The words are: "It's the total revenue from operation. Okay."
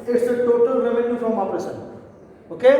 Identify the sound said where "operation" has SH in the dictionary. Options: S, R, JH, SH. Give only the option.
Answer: S